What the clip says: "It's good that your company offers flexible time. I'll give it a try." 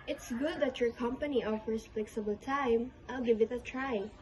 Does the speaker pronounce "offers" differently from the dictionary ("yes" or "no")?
yes